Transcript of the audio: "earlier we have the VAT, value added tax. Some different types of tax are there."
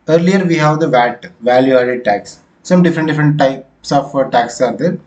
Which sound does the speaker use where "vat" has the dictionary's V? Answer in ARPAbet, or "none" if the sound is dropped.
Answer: V